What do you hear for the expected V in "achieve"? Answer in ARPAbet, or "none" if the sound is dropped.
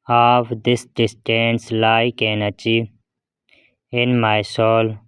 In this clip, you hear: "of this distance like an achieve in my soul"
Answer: none